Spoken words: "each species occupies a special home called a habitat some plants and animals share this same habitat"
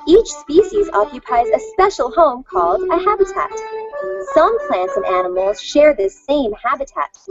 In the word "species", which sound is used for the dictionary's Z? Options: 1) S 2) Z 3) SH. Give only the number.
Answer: 2